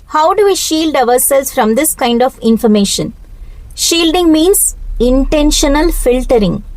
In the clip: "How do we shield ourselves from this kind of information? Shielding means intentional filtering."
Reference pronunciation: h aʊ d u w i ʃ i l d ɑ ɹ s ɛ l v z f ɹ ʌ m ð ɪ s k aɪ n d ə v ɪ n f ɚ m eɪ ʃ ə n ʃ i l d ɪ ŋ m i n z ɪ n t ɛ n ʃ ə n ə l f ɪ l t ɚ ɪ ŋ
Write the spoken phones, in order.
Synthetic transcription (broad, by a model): h aʊ d u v i ʃ i l d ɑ ɹ s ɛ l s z f ɹ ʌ m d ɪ s k aɪ n d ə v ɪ n f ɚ m eɪ ʃ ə n ʃ i l d ɪ ŋ m i n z ɪ n t ɛ n ʃ ə n ə l f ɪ l t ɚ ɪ ŋ